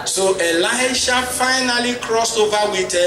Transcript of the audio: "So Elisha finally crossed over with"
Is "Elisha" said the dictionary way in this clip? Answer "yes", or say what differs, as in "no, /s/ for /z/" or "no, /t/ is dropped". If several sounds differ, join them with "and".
yes